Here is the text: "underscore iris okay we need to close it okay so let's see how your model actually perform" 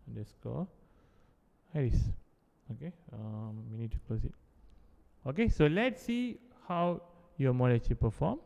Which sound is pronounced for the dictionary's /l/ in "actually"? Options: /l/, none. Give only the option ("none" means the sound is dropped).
none